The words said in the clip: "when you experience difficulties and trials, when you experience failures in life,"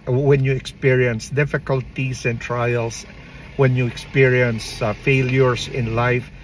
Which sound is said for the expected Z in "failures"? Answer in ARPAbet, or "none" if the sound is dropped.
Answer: S